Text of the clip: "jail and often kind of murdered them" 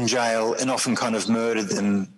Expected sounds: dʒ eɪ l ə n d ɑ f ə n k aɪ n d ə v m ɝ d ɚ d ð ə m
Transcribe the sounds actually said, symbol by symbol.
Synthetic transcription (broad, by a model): dʒ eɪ l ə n ɑ f ə n k aɪ n d ə v m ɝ d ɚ d ð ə m